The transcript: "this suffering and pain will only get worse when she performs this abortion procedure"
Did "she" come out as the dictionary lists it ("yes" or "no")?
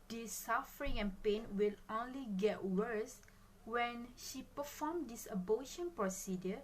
yes